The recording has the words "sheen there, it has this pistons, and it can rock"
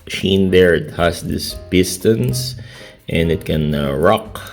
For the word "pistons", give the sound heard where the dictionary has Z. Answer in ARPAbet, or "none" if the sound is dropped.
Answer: S